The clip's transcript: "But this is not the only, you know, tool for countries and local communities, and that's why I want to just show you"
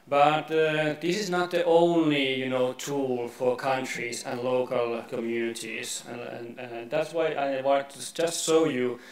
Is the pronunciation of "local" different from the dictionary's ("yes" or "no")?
no